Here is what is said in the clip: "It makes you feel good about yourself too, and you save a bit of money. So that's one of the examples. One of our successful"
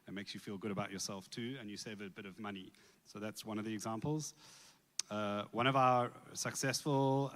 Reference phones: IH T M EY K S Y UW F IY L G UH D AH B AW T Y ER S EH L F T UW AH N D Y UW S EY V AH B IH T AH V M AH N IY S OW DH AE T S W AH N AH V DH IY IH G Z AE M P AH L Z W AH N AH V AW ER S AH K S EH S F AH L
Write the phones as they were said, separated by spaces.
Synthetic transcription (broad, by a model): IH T M EY K S Y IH F IY L G UH D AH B AW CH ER S EH L F T UW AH N Y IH S EY V AH B IH T AH V M AH N IY S OW DH AE T S W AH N AH V DH IY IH G Z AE M P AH L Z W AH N AH V AW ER S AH K S EH S F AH L